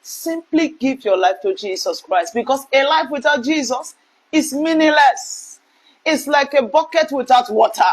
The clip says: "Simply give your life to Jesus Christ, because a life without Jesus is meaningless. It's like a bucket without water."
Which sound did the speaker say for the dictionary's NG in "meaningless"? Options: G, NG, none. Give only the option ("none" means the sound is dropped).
none